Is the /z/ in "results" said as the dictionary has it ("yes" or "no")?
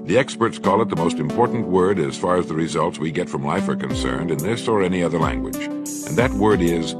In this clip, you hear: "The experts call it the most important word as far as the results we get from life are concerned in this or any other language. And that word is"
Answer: yes